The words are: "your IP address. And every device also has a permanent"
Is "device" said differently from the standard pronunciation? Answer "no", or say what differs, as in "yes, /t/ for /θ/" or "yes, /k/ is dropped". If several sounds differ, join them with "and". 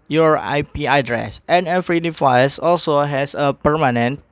yes, /f/ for /v/